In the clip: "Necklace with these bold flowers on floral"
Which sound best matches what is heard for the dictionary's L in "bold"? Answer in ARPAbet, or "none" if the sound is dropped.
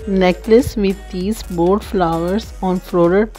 none